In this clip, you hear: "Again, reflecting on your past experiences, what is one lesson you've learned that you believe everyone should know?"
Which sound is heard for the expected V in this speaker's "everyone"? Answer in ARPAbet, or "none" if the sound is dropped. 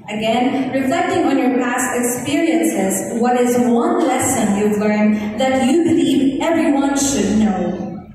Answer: V